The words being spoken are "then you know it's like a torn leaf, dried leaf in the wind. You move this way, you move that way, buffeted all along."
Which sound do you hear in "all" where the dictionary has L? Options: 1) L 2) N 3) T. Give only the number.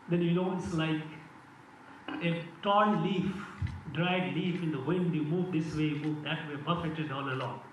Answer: 2